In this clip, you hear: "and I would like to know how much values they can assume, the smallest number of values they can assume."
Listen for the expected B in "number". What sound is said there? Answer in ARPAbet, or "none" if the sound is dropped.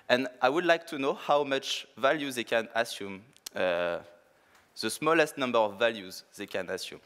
B